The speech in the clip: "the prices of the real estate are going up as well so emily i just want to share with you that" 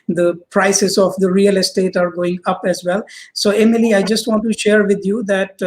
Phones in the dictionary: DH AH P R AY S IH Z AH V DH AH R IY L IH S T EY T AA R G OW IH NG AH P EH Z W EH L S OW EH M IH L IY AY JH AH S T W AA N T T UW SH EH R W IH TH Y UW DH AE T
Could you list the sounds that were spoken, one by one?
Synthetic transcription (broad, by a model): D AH P R AY S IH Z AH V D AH R IY L IH S T EY T AA R G OW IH NG AH P EH Z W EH L S OW EH M IH L IY AY JH AH S T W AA N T T UW SH EH R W IH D Y UW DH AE T